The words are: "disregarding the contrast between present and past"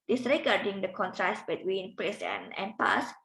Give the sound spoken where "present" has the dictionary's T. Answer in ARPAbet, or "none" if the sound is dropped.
none